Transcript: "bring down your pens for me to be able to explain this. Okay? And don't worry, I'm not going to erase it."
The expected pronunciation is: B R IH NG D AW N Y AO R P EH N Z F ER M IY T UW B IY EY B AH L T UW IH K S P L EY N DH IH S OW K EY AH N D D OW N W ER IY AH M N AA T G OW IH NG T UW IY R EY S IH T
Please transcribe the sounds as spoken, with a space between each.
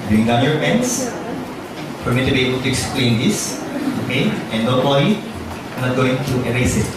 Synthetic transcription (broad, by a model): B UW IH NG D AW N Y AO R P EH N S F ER M IY T UW B IY EY B AH L T UW IH K S P L EY N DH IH S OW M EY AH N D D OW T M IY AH N AA T G OW IH NG T UW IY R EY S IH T